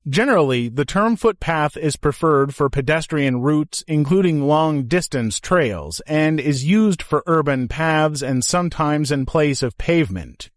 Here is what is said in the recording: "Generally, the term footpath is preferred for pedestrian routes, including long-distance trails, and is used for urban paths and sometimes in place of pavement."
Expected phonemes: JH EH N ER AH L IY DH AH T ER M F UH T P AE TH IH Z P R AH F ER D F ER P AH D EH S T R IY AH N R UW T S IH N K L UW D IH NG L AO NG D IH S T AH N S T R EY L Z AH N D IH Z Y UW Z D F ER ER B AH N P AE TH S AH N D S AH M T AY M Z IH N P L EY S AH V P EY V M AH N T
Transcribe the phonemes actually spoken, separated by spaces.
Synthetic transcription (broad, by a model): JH EH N ER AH L IY DH AH T ER M F UH T P AE TH IH Z P R AH F ER D F ER P AH D EH S T R IY AH N R UW T S IH N K L UW D IH NG L AO NG D IH S T AH N S T R EY L Z AH N D IH Z Y UW Z D F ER ER B AH N P AE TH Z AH N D S AH M T AY M Z IH N P L EY S AH V P EY V M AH N T